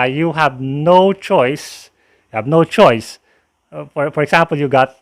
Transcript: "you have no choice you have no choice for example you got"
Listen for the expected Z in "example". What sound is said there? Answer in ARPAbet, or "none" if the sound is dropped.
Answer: S